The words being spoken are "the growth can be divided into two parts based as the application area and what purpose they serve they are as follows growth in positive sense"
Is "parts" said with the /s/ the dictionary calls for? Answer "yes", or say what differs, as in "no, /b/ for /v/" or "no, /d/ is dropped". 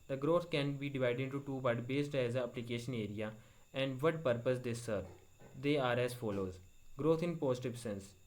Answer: no, /s/ is dropped